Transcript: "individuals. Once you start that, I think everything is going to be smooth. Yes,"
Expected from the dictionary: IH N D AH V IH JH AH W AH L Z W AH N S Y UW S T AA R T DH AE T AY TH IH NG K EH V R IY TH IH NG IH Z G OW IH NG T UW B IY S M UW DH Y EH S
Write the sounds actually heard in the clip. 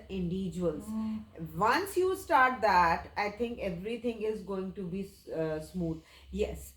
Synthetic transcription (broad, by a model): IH N D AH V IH JH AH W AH L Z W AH N S Y UW S T AA R T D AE T AY T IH NG K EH V R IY T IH NG IH Z G OW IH NG T UW B IY S M UW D Y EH S